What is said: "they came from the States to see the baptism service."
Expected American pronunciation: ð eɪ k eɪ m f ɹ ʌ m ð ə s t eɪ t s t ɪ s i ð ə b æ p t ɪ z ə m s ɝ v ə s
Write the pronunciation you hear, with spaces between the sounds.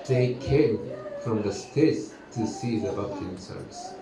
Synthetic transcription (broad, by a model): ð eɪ k eɪ m f ɹ ʌ m ð ə s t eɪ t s t ɪ s i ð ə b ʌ t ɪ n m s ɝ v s